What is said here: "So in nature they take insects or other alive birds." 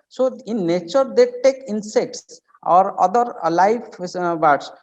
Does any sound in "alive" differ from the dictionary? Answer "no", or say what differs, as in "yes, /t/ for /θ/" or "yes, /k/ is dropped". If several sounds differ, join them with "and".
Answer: yes, /f/ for /v/